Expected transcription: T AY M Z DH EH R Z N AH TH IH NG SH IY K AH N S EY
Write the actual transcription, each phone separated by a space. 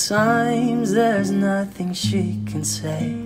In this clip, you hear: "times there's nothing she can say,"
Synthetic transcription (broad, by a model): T AY M Z DH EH R Z N AH TH IH NG SH IY K AH N S EY